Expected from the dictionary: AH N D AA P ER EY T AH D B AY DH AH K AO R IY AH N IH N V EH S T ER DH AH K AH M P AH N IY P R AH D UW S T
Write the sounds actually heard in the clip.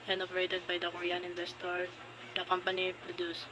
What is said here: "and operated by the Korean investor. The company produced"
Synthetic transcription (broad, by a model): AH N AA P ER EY T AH D B AY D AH K AO R IY AH N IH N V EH S T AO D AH K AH M P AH N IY P R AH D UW S